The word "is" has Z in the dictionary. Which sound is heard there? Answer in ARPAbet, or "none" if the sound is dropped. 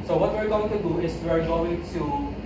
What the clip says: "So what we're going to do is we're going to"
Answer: S